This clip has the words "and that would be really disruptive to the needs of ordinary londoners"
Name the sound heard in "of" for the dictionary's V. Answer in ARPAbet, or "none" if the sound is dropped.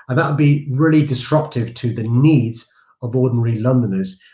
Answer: V